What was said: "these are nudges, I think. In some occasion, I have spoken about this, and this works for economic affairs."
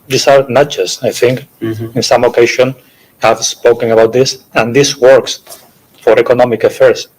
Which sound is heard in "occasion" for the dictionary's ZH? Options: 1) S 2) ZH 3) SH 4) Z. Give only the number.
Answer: 3